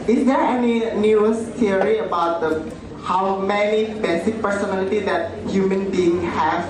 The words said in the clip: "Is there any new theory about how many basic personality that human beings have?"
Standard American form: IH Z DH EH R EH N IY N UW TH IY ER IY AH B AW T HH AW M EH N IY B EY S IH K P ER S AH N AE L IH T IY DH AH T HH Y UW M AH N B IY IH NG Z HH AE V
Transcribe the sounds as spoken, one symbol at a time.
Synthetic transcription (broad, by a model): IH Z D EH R EH N IY N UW S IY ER IY AH B AW T HH AW M EH N IY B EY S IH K P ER S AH N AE L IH T IY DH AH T HH Y UW M AH N B IY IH NG HH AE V